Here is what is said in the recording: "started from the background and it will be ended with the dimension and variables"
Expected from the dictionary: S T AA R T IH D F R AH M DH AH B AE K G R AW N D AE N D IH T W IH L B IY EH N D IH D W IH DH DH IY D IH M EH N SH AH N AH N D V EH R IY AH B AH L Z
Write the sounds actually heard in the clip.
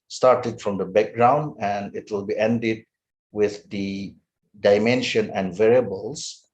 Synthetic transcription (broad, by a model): S T AA R T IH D F R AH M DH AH B AE K G R AW N D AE N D IH T W IH L B IY EH N D IH D W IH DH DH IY D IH M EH N SH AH N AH N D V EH R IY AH B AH L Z